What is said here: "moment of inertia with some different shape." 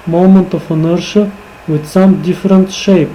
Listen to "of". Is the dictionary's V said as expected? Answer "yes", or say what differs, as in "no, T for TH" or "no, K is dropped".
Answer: no, F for V